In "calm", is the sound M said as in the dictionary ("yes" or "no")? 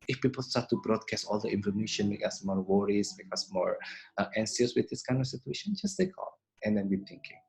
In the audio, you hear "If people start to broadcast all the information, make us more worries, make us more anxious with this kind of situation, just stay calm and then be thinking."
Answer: no